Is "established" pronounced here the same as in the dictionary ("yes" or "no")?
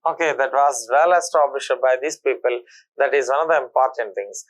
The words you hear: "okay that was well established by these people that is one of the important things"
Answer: no